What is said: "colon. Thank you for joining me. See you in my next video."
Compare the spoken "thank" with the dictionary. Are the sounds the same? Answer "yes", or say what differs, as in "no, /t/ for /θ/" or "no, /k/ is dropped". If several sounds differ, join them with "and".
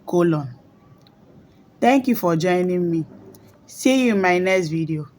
no, /t/ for /θ/